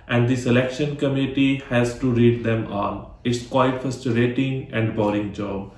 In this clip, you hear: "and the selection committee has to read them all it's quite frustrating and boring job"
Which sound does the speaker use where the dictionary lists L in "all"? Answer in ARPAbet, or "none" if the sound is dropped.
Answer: N